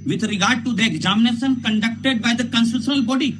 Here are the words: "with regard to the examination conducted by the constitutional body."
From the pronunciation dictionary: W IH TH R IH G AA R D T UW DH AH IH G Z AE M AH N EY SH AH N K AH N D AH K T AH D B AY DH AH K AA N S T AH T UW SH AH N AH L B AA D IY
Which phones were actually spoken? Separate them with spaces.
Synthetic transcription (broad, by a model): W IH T R IH G AA R D T UW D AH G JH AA M N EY S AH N K AH N D AH K T AH D B AY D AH K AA N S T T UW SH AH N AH L B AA D IY